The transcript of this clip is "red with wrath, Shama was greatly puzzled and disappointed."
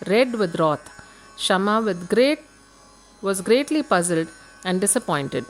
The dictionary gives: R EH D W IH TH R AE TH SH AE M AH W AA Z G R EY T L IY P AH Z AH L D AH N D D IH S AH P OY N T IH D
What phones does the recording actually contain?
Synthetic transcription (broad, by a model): R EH D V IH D R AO T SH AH M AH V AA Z G R EY T L IY P AH Z AH L D AH N D D IH S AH P OY N T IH D